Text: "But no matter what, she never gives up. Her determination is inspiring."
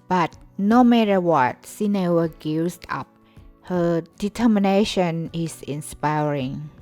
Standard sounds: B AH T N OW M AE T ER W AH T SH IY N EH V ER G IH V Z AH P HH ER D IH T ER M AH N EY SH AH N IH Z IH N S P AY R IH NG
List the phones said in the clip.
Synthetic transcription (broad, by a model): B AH T N OW M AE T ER W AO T S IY N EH W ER G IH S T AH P HH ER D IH T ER M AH N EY SH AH N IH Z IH N S P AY R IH NG